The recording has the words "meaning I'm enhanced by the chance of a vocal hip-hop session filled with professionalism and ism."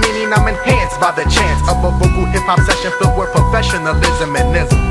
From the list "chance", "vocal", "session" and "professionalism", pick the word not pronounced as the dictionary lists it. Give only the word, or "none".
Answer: vocal